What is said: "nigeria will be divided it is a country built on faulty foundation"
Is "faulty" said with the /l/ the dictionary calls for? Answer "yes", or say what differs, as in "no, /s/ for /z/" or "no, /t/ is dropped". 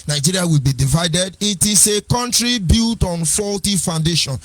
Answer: yes